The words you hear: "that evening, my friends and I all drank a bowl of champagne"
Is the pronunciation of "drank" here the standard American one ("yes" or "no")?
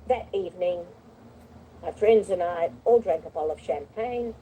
yes